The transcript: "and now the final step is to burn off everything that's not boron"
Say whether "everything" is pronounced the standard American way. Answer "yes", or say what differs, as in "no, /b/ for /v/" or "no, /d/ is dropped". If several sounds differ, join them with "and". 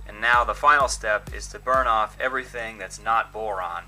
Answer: yes